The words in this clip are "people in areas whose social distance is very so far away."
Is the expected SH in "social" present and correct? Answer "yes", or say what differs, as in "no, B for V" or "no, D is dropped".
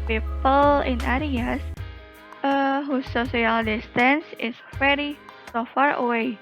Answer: no, S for SH